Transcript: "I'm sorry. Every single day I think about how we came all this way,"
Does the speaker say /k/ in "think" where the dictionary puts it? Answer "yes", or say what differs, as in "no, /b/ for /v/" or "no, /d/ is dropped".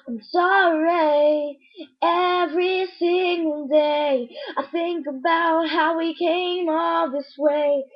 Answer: yes